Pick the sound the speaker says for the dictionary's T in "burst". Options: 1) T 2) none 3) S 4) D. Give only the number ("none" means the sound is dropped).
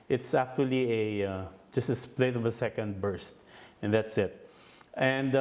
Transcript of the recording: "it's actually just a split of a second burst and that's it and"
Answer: 1